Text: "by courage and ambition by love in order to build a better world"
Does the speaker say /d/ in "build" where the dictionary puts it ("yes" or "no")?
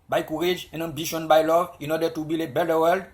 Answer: no